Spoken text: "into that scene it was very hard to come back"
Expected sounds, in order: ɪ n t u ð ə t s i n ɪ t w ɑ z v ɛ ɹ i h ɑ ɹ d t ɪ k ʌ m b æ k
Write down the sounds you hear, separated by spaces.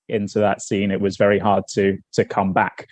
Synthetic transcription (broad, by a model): ɪ n t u ð ə t s i n ɪ t w ɑ z v ɛ ɹ i h ɑ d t t ɪ k ʌ m b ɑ k